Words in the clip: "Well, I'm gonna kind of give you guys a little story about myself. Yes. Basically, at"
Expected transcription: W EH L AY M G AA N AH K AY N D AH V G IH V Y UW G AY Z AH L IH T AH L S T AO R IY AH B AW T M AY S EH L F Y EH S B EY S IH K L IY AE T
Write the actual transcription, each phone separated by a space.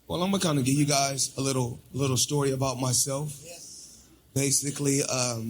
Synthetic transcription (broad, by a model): W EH L AY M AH K AY N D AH G IH V Y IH G AY Z AH L IH T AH L S T AO R IY AH B AW T M AY S EH L F B EY S IH K L IY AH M